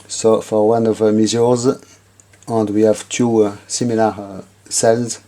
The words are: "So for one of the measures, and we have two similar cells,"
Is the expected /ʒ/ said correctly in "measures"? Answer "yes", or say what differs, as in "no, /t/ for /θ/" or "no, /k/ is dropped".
no, /z/ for /ʒ/